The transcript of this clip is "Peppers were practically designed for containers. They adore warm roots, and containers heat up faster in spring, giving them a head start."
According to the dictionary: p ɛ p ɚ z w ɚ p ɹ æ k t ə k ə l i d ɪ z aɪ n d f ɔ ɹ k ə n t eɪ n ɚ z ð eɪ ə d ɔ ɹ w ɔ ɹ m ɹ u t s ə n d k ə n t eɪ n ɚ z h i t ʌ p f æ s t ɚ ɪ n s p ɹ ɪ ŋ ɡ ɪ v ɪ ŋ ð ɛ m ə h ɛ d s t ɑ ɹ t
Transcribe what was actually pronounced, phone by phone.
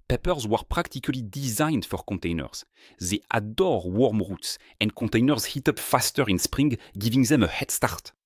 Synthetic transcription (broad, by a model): p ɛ p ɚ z w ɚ p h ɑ k t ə k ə l i d ɪ z aɪ n d f ɔ ɹ k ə t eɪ n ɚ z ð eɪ ə d ɔ ɹ w ɔ ɹ m ɹ u t s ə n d k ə t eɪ n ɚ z h i t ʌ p f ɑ s t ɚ ɪ n s p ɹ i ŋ ɡ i v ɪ ŋ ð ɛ m ə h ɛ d s t ɑ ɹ t